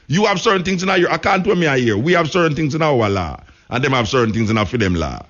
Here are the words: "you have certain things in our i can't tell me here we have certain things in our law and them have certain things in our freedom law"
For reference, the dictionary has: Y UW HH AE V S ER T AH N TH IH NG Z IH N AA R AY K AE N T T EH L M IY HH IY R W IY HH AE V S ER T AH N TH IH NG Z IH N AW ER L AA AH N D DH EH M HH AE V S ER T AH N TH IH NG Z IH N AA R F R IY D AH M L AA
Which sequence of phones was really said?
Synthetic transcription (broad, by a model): Y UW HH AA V S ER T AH N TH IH NG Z IH N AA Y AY K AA N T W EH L M IY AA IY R W IY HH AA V S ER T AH N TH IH NG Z IH N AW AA L AA AH N D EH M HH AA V S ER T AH N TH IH NG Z IH N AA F IY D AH M L AA